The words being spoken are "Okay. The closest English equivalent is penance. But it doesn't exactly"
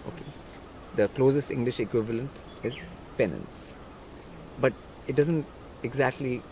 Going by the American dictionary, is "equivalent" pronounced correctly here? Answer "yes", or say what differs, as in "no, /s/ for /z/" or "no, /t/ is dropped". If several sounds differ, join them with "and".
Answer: yes